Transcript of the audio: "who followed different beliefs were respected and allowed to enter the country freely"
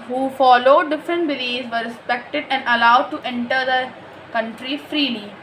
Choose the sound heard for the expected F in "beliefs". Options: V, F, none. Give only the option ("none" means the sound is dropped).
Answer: none